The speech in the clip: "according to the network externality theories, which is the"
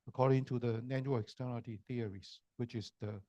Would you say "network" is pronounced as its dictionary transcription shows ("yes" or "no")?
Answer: no